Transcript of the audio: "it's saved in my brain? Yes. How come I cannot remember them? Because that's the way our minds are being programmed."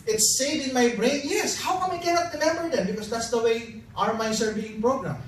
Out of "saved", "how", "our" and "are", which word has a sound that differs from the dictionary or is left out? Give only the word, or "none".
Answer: saved